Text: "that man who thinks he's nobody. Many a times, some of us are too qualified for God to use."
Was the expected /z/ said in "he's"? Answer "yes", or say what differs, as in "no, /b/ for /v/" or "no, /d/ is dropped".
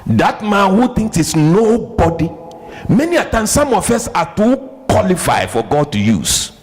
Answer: no, /s/ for /z/